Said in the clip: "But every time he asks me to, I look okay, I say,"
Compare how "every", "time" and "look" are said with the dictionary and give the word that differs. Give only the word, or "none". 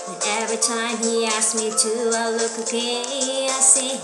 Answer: none